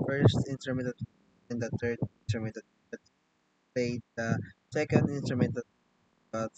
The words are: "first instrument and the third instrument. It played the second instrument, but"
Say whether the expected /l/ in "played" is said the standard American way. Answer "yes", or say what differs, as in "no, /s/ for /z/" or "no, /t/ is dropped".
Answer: no, /l/ is dropped